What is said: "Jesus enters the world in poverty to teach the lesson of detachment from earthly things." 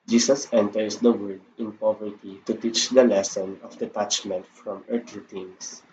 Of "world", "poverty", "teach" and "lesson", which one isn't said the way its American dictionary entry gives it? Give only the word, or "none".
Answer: world